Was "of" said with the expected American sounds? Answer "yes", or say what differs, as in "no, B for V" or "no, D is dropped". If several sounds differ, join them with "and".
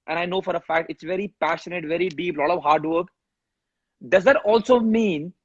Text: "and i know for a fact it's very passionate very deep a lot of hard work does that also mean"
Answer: yes